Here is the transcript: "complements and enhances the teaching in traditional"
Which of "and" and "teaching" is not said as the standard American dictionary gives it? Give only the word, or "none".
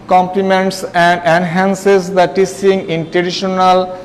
teaching